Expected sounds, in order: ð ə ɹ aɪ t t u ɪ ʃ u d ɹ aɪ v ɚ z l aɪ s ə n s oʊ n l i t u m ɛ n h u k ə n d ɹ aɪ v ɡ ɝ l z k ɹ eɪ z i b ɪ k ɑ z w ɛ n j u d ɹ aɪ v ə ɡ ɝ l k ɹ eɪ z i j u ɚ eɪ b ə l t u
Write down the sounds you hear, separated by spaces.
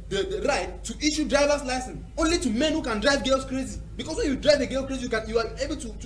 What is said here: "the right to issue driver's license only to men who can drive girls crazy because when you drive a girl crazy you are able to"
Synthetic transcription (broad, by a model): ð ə ɹ aɪ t t u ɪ ʃ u d ɹ aɪ v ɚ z l aɪ s ə n s oʊ n l i t u m ɛ n h u k ə n d ɹ aɪ v ɡ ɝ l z k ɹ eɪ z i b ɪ k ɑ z w ɛ n j u d ɹ aɪ v ə ɡ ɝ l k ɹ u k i j u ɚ eɪ b ə l t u